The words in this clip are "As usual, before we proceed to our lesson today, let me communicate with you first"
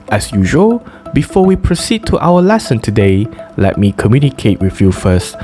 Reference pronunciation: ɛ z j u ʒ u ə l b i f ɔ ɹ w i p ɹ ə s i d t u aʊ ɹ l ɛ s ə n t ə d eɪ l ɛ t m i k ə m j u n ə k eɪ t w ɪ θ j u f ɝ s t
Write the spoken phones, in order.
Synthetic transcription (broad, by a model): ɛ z j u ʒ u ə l b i f ɔ w i p ɹ ə s i d t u aʊ w l ɛ s ə n t ə d eɪ l ɛ t m i k ə m j u n ə k eɪ t w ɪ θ j u f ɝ s t